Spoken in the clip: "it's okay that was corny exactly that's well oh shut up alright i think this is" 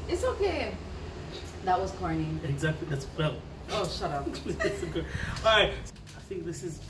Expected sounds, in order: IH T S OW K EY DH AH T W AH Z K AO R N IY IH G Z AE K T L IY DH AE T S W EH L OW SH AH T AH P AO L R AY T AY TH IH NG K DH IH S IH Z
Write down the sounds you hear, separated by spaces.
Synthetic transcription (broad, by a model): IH T S OW K EY DH AH T W AH Z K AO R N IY IH G Z AE K T L IY DH AE T S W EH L OW SH AH T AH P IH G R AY AY TH IH NG K DH IH S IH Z